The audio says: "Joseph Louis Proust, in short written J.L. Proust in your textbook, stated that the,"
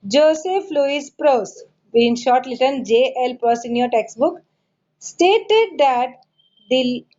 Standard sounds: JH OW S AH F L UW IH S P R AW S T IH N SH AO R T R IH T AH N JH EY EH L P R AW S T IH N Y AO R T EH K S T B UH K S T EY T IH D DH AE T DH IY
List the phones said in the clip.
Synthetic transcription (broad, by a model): JH OW S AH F L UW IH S P R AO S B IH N SH AO R T L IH T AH N JH EY EH L P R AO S IH N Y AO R T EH K S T B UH K S T EY T IH D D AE T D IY